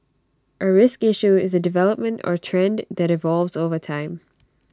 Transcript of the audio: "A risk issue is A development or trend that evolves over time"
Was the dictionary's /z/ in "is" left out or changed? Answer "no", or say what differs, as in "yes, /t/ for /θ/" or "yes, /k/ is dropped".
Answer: no